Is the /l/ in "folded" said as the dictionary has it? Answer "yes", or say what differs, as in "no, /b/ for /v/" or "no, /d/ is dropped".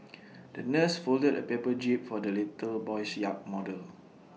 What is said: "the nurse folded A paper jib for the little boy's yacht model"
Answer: yes